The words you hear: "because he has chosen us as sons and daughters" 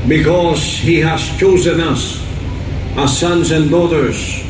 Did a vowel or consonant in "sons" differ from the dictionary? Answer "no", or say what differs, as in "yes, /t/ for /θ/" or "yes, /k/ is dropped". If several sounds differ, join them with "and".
no